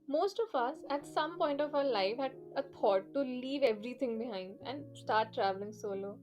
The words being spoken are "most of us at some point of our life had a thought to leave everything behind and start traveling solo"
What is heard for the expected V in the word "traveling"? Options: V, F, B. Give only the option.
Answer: V